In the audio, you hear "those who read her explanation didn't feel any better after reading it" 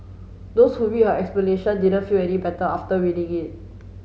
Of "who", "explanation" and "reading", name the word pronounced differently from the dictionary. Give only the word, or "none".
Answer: reading